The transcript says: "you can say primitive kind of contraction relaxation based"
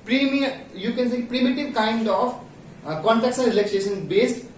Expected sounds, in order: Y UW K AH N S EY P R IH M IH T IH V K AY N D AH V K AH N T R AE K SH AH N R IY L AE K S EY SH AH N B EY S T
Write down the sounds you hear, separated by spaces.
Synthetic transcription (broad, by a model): Y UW K AH N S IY P R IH M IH T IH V K AY N D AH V K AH N T AE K S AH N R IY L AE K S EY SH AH N B EY S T